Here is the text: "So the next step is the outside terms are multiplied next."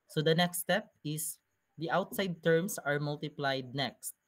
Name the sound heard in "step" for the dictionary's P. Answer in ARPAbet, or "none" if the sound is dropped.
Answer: P